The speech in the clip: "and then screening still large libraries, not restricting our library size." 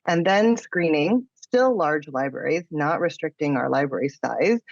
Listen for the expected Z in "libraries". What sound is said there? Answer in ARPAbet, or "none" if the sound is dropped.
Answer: Z